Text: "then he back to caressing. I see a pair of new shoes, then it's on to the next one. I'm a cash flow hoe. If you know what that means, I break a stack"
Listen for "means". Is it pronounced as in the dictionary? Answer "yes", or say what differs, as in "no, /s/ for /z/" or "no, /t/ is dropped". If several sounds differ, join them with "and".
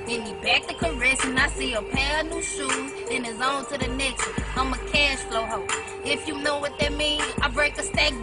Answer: no, /z/ is dropped